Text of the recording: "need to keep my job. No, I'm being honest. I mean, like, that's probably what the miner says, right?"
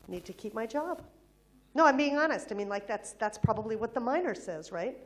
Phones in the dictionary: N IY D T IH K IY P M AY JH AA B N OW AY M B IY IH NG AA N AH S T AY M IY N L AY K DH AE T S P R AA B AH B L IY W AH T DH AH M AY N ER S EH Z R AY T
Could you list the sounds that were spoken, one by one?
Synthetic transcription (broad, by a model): N IY D T IH K IY P M AY JH AA B N OW AY M B IY IH NG AA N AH S T AY M IY N L AY K DH AE T S P R AA B AH B L IY W AH T DH AH M AY N ER S EH Z R AY T